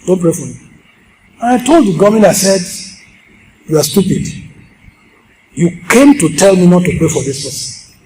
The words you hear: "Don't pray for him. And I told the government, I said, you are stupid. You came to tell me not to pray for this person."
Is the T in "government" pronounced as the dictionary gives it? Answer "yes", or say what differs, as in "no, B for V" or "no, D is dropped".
no, T is dropped